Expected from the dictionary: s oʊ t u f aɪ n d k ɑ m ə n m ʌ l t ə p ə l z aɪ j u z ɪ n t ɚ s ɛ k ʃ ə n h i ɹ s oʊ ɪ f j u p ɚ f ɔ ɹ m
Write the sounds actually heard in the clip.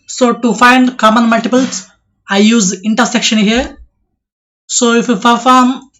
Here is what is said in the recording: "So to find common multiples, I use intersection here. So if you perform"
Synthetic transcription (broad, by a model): s oʊ t u f aɪ n d k ɑ m ə n m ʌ l t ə p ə l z aɪ j u z ɪ n t ɚ s ɛ k ʃ ə n h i ɹ s oʊ ɪ f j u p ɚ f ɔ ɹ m